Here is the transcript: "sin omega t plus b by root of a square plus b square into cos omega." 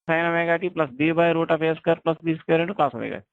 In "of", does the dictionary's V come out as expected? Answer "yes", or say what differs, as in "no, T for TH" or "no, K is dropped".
no, P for V